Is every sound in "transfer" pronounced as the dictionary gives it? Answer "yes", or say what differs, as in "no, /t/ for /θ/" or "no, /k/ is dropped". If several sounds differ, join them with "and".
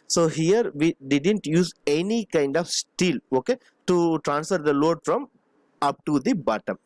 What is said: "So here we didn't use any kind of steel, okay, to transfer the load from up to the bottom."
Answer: yes